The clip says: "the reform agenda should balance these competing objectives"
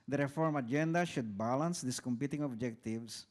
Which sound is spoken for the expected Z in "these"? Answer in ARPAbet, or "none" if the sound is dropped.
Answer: S